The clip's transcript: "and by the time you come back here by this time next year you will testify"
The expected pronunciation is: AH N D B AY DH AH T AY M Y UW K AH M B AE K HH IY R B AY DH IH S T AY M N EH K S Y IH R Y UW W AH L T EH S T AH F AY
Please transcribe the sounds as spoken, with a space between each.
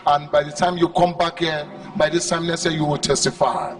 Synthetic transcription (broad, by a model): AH N B AY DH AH T AY M Y UW K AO M B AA K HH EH B AY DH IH S T AY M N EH S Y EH Y UW W AH L T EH S T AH F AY